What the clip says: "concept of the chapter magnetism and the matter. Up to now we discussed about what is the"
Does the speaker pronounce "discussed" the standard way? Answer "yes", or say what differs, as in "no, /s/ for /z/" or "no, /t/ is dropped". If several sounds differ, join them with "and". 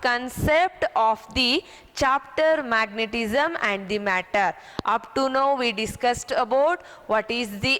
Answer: yes